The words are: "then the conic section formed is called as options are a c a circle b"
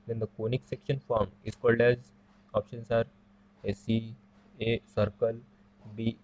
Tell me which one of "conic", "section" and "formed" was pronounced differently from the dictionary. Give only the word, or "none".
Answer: formed